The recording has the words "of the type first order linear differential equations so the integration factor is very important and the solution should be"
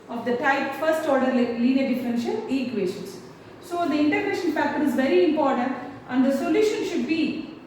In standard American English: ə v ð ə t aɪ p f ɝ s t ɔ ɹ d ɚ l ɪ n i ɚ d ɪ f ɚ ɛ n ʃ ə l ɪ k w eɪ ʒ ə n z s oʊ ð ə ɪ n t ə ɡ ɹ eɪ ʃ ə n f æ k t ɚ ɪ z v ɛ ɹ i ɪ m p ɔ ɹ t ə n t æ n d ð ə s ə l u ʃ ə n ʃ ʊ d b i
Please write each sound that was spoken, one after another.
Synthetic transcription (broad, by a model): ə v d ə t aɪ p f ɝ s t ɔ ɹ d ɚ l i n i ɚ d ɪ f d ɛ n ʃ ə n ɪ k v eɪ ʃ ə n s s oʊ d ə ɪ n t ə ɡ ɹ eɪ ʃ ə n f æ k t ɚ ɪ z v ɛ ɹ i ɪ m p ɔ ɹ t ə n t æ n d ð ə s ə l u ʃ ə n ʃ ʊ d b i